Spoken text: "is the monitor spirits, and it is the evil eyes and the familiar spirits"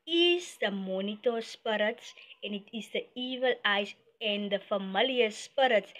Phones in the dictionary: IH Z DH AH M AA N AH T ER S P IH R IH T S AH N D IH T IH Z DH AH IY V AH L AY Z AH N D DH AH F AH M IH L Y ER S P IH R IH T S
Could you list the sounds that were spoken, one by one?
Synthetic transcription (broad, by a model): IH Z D AH M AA N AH T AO S P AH R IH T S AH N IH T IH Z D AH IY V AH L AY S AH N D AH F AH M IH L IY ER S P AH R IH T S